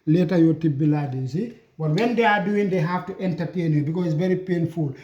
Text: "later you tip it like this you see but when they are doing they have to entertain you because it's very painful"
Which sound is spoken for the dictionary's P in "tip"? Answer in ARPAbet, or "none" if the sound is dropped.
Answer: B